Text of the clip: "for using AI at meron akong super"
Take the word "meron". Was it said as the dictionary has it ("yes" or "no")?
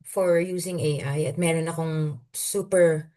yes